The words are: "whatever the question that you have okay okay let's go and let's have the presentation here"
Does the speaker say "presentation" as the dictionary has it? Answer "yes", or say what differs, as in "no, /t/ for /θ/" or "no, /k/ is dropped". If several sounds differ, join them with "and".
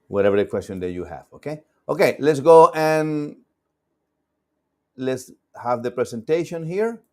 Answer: no, /s/ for /z/